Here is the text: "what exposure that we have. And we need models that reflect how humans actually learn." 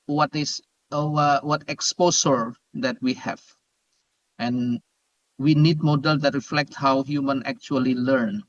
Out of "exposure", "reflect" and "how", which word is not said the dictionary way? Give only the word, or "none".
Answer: exposure